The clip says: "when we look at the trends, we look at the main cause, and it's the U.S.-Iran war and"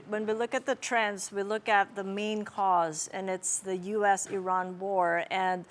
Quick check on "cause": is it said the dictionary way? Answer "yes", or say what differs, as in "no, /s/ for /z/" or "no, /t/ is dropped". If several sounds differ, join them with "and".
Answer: yes